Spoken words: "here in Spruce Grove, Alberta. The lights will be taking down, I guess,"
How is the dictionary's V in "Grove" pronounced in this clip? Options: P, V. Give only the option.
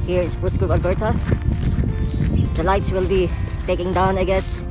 P